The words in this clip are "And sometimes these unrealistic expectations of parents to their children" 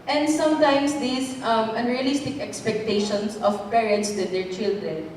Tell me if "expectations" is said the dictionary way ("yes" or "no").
no